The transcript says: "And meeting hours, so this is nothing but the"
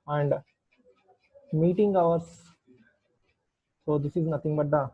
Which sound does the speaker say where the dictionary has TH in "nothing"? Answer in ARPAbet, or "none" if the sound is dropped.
T